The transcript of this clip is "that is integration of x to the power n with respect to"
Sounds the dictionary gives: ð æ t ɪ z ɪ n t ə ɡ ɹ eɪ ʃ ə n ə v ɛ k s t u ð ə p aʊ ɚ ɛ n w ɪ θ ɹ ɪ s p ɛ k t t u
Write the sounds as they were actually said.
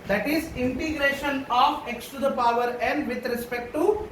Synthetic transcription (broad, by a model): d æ t ɪ z ɪ n t ə ɡ ɹ eɪ ʃ ə n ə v ɛ k s t u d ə p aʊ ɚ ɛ n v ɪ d ɹ ɪ s p ɛ k t t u